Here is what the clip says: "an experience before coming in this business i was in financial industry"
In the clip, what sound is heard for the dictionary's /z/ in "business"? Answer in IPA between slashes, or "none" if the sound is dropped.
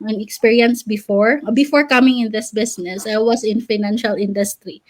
/s/